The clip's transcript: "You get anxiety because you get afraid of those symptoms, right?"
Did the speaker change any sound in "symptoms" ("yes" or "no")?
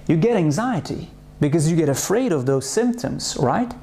no